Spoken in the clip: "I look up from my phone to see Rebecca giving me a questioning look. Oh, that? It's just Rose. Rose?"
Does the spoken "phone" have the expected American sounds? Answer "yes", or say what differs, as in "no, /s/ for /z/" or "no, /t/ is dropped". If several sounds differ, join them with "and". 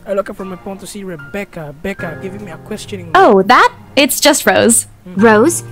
no, /p/ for /f/